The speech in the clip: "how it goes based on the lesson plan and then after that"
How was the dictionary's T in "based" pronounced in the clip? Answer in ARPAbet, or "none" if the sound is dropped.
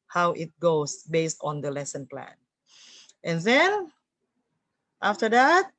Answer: T